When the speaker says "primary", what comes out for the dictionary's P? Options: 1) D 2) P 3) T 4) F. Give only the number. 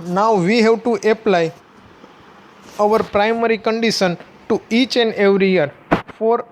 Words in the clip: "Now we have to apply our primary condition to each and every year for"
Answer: 2